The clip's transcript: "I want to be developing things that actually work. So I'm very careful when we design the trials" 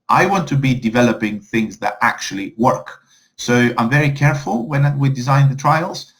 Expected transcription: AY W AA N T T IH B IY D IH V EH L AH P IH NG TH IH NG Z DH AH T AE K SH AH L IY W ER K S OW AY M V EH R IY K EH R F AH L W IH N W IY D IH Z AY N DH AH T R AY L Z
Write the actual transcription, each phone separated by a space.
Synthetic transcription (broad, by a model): AY W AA N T T IH B IY D IH V EH L AH P IH NG TH IH NG Z DH AH T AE K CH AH L IY W ER K S OW AY M V EH R IY K EH R F AH L W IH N W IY D IH Z AY N DH AH T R AY L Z